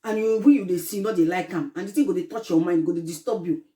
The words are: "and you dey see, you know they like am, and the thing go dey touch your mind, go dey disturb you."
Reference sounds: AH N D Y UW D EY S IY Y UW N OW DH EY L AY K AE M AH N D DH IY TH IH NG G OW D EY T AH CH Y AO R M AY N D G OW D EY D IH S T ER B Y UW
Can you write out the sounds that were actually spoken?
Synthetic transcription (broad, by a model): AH N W Y UW D EY S IY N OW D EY L AY K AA M AH N D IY T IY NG G OW D EY T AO CH Y AO M AY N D G OW D EY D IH S T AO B Y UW